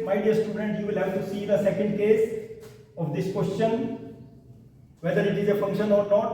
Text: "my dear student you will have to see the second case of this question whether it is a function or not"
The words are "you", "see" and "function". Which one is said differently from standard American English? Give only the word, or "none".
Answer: none